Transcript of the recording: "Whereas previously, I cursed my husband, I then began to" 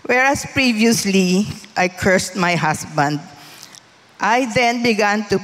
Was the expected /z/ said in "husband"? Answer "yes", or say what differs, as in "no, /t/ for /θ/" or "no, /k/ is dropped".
no, /s/ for /z/